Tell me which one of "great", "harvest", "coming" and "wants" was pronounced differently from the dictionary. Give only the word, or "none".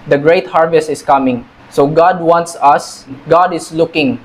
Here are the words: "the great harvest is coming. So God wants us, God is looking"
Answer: none